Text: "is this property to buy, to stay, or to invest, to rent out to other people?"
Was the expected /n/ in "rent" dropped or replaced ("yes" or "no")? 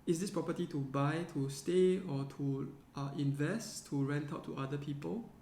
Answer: no